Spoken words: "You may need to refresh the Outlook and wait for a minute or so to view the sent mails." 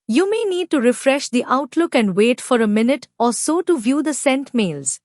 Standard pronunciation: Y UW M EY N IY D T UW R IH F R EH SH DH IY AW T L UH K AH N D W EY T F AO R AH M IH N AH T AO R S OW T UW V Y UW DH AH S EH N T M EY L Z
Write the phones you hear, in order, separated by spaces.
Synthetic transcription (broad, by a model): Y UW M EY N IY D T UW R IH F R EH SH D IY AW T L UH K AH N D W EY T F AO R AH M IH N AH T AO R S OW T UW V Y UW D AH S EH N T M EY L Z